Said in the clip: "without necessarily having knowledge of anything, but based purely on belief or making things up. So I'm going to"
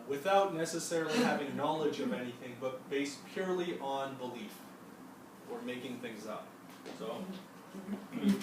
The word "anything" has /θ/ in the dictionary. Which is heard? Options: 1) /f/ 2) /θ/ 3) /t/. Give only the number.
2